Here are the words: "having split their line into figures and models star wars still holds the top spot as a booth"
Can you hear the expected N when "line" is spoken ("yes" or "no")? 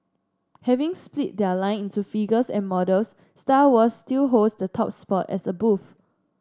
yes